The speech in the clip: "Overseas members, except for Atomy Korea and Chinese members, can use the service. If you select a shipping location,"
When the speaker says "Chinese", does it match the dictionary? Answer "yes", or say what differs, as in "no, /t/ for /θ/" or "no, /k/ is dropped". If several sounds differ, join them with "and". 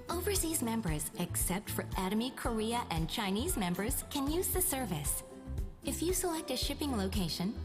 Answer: yes